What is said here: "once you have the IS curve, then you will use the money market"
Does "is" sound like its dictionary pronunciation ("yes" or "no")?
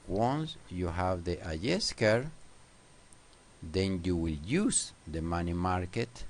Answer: no